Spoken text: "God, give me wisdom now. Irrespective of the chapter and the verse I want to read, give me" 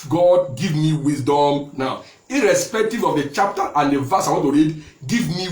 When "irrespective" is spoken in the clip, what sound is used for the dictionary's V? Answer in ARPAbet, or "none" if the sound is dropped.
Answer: V